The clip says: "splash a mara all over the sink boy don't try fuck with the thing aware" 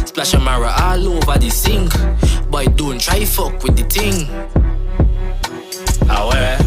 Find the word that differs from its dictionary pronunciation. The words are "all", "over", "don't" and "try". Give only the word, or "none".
over